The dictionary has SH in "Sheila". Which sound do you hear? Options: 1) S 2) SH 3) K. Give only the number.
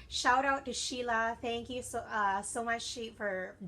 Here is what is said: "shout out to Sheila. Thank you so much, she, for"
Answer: 2